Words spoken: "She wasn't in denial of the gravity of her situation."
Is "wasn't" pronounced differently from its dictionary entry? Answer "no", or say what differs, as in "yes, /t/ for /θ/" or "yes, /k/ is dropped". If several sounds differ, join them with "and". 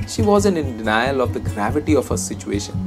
yes, /t/ is dropped